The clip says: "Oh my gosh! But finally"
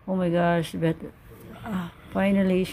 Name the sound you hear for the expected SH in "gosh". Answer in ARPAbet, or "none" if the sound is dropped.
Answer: S